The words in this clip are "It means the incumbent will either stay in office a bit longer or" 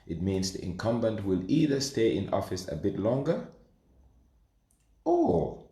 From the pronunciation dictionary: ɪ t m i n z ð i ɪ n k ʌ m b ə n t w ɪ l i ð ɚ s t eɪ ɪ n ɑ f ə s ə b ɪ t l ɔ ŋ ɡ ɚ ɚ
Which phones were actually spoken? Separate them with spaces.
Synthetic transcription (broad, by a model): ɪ t m i n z ð i ɪ n k ʌ m b ə n t w ɪ l i ð ɚ s t eɪ ɪ n ɑ f ə s ə b ɪ t l ɔ ŋ ɡ ɚ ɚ